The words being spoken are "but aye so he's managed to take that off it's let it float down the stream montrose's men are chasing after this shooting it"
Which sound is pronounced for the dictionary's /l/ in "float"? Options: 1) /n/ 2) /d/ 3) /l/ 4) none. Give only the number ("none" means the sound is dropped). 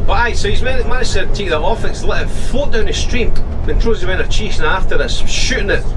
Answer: 4